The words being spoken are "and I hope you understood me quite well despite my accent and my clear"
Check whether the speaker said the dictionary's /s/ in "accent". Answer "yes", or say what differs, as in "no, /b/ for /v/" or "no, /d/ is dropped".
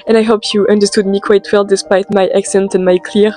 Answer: yes